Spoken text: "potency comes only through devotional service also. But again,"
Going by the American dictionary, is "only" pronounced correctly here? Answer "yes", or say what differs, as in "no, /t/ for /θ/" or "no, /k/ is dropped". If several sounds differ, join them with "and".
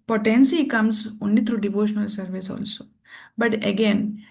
no, /l/ is dropped